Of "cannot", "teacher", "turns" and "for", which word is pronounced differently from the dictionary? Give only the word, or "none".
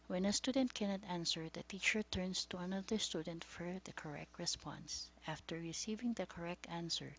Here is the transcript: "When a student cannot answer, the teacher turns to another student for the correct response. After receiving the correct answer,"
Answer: turns